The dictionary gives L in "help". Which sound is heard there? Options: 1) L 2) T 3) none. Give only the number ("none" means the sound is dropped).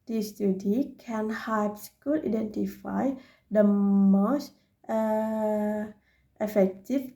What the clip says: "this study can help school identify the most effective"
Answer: 3